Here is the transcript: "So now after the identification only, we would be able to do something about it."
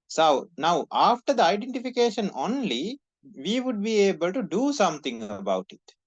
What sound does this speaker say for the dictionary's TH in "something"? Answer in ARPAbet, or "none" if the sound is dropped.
T